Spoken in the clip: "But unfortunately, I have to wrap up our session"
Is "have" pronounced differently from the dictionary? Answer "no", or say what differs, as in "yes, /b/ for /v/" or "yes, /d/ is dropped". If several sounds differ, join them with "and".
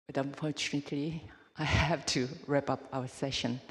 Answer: yes, /f/ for /v/